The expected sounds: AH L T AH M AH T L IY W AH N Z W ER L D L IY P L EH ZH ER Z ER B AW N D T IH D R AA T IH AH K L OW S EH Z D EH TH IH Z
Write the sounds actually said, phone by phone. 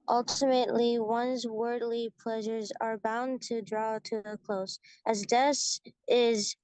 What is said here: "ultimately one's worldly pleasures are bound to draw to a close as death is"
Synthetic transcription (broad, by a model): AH L T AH M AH T L IY W AH N Z W ER D L IY P L EH ZH ER Z ER B AW N T IH D R AA T IH AH K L OW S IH Z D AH S IH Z